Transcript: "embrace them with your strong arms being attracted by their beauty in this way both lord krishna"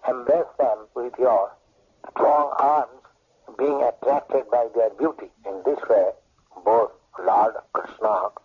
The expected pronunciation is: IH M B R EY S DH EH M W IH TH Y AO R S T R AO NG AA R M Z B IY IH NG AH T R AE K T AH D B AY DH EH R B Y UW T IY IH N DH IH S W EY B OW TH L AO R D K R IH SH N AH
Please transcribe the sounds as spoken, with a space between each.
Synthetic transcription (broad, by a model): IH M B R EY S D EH M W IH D Y AO R S T R AO NG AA R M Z B IY IH NG AH T R AE K T AH D B AY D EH R B Y UW T IY IH N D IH S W EY B OW T L AO R D K R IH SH N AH